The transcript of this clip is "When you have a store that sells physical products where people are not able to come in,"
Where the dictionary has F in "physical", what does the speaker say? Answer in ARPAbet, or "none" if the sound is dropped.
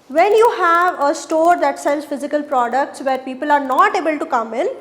F